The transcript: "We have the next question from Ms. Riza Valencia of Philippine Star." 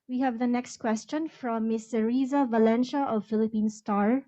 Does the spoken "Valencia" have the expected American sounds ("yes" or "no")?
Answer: no